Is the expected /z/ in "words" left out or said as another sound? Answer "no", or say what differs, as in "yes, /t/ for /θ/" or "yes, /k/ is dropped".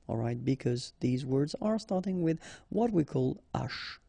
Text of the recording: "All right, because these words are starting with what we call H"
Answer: no